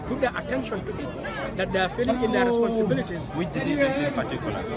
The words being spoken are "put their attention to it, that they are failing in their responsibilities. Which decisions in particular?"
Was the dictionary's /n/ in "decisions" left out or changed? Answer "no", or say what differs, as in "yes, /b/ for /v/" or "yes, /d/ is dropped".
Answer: yes, /n/ is dropped